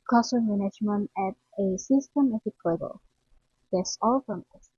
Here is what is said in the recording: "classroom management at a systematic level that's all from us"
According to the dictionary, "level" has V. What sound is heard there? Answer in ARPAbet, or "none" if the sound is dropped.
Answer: B